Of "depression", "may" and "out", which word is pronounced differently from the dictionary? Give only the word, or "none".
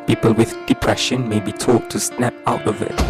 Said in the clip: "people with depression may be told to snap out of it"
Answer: none